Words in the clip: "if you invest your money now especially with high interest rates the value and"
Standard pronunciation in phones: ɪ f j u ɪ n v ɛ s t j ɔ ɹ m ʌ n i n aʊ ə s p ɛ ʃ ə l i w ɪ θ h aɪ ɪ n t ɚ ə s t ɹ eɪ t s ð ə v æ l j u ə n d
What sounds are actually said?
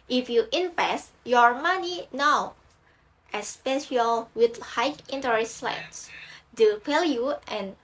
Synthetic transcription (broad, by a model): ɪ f j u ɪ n p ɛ s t j ɔ ɹ m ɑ n i n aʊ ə s p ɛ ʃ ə l w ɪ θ h aɪ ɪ n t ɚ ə s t l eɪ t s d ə p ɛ l j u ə n